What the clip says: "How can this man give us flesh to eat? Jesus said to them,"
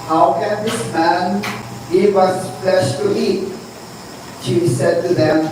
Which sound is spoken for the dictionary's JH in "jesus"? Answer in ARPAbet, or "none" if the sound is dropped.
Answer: SH